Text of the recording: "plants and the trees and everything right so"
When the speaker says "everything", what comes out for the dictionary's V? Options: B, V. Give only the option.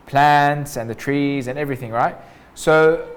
V